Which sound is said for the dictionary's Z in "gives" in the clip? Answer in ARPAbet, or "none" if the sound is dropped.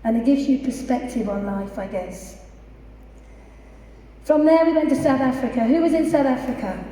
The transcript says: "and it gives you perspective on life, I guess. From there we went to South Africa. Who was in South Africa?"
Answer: Z